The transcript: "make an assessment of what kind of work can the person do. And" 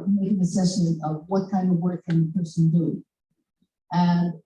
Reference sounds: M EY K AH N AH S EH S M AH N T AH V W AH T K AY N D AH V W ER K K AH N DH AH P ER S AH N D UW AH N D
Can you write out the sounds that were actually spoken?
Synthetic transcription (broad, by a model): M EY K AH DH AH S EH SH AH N AH V W AH T K AY N D AH V W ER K K AH N DH AH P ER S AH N D UW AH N